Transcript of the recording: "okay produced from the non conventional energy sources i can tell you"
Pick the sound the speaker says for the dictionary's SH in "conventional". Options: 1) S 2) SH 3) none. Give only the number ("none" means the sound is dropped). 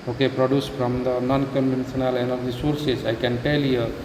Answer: 1